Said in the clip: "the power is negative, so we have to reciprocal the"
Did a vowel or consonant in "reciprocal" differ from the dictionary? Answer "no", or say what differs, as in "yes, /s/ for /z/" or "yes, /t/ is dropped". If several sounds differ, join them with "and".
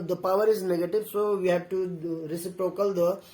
no